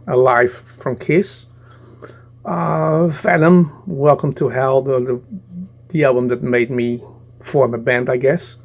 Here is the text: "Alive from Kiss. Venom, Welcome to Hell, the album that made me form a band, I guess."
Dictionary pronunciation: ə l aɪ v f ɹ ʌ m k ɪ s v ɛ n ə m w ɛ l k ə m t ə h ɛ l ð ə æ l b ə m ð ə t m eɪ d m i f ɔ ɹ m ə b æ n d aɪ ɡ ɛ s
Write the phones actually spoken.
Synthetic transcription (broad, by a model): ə l aɪ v f ɹ ʌ m k ɪ s f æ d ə m w ɛ l k ə m t ə h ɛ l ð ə æ l b ə m ð ə t m eɪ d m i f ɔ ɹ m ə b æ n d aɪ ɡ ɛ s